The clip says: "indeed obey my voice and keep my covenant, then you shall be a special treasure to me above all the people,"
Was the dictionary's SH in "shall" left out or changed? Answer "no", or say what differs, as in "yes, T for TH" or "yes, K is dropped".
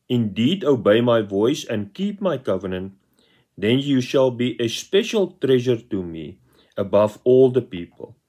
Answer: no